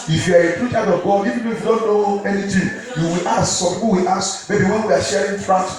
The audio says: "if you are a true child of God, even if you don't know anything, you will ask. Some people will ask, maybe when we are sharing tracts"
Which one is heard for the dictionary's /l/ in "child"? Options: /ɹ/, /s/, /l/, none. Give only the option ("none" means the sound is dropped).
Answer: none